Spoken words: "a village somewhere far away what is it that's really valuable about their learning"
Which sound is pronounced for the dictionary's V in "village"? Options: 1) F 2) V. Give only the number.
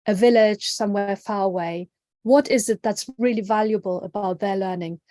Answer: 2